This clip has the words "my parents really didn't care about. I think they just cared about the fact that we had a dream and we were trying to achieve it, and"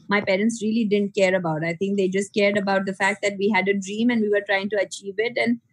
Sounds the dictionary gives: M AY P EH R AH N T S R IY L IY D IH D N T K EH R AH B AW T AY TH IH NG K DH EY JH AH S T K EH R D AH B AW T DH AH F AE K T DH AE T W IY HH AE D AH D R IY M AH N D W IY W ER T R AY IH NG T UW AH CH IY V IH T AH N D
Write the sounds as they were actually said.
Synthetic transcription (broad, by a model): M AY P EH R AH N T S R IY L IY D IH D N T K EH R AH B AW T AY T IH NG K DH EY JH AH S T K EH R D AH B AW T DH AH F AE K T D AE T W IY HH AE D AH D R IY M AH N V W IY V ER T R AY IH NG T UW AH CH IY V IH T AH N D